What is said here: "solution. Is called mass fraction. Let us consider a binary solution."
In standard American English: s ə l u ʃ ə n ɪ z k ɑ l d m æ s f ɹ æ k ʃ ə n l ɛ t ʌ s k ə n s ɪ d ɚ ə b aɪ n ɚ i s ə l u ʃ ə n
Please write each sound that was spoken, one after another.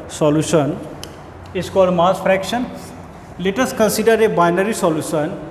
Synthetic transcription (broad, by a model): s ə l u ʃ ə n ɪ s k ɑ d m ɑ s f ɹ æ k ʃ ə n l ɛ t ʌ s k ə n s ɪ d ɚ ə b aɪ n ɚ i s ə l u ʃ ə n